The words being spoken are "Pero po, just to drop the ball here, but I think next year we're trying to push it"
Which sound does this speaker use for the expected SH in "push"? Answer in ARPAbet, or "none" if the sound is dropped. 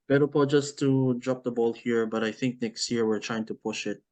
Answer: SH